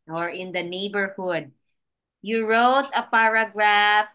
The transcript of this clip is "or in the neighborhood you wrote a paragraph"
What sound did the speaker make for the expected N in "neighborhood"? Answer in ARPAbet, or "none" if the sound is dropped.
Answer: N